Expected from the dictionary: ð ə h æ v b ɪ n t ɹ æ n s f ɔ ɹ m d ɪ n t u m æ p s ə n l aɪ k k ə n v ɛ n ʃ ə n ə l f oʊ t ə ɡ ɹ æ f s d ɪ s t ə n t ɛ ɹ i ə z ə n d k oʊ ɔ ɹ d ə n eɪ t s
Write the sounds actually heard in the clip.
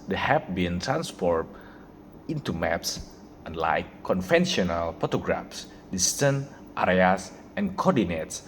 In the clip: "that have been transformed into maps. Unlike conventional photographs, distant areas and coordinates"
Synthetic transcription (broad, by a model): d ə h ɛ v b ɪ n t ɹ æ n s p ɔ ɹ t ɪ n t u m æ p s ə n l aɪ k k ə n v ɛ n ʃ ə n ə l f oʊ t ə ɡ ɹ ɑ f s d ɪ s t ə n t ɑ ɹ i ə s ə n k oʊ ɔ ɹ d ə n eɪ t s